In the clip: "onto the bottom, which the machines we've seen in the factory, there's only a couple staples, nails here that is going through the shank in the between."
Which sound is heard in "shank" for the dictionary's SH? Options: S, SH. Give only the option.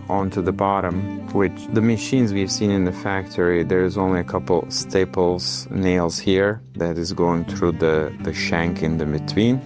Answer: SH